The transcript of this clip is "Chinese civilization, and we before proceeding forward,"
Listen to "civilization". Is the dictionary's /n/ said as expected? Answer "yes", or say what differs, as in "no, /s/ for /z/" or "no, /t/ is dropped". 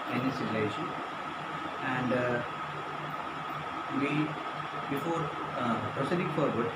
no, /n/ is dropped